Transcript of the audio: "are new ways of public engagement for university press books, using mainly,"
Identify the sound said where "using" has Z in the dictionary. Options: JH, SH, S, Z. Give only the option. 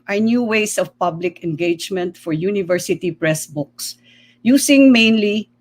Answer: S